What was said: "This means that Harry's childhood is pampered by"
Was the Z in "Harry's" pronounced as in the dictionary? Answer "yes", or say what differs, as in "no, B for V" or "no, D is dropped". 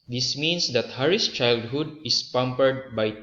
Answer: no, S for Z